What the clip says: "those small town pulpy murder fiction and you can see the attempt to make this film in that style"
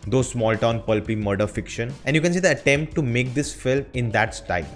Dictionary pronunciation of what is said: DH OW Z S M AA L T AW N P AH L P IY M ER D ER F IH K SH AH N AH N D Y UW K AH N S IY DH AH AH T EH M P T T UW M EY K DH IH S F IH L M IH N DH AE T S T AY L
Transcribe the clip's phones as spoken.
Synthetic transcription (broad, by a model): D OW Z S M AA L T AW N P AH L P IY M ER D ER F IH K SH AH N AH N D Y UW K AH N S IY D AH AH T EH M P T T UW M EY K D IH S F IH L IH N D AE T S T AY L